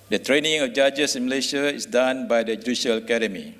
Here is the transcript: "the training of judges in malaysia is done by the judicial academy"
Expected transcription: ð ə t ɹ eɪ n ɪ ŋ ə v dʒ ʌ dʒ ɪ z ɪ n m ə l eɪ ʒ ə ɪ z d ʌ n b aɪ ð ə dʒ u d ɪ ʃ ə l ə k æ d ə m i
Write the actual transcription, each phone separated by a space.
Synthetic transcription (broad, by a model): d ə t ɹ eɪ n ɪ ŋ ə f dʒ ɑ dʒ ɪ s ɪ n m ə l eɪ ʃ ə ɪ s d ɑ n b aɪ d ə dʒ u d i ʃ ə l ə k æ d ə m i